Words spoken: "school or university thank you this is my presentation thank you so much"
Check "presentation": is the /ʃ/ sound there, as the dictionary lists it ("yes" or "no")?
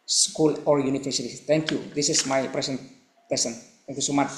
no